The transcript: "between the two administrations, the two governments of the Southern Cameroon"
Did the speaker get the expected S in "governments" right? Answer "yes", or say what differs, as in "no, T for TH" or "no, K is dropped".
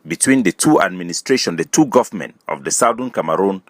no, S is dropped